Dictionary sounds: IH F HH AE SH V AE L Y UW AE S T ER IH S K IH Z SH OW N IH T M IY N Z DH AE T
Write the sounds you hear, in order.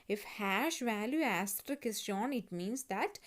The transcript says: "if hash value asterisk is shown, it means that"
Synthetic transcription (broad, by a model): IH F HH AE SH V AE L Y UW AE S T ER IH K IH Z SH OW N IH T M IY N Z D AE T